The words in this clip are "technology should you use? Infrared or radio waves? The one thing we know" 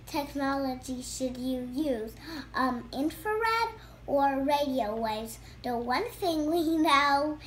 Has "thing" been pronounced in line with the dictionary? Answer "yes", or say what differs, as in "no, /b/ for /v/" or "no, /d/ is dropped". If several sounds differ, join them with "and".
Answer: yes